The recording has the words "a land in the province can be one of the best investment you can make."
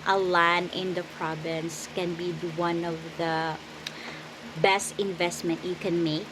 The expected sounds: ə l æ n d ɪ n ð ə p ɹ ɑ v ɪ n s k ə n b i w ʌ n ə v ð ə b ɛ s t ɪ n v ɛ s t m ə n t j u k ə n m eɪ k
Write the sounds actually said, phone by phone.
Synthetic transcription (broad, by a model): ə l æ n ɪ n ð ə p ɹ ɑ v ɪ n s k ə n b i w ʌ n ə v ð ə b ɛ s t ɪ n v ɛ s t m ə n t j u k ə n m eɪ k